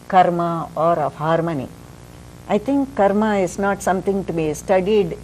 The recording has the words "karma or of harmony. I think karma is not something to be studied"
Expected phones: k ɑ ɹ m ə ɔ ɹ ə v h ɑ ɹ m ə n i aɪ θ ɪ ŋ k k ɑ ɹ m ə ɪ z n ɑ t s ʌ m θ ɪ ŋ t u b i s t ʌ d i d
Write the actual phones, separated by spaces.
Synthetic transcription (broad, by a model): k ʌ ɹ m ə ɔ ɹ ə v h ɑ ɹ m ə n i aɪ t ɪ ŋ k k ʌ ɹ m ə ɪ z n ɑ t s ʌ m t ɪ ŋ t u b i s t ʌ d i d